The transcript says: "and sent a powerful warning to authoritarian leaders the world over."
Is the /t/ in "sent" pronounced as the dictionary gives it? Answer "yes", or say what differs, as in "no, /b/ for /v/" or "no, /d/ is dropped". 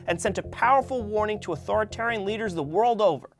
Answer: yes